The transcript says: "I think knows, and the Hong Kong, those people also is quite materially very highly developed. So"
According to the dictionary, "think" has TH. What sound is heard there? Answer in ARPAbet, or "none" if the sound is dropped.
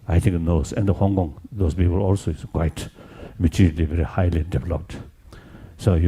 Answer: T